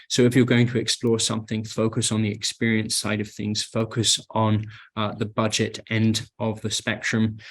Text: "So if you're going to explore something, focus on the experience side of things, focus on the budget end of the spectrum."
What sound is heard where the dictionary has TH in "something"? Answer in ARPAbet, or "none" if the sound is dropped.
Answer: TH